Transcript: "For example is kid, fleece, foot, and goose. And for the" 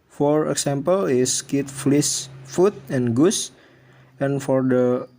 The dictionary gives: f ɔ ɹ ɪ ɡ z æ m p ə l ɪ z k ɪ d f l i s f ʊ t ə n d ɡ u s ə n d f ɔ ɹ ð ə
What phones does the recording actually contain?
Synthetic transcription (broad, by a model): f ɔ ɹ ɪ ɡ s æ m p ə l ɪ s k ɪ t f l i s f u t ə n ɡ u s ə n f ɔ ɹ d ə